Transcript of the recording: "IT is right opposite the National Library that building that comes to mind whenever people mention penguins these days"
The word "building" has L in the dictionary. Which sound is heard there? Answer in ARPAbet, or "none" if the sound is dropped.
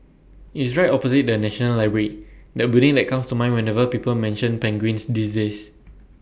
none